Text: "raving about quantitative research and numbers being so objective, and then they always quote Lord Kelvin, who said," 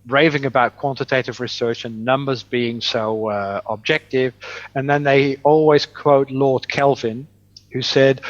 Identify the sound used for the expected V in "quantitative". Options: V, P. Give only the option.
V